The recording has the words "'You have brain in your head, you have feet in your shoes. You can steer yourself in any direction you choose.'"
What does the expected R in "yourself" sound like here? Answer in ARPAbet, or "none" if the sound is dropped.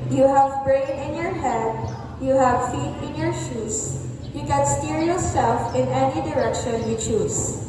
L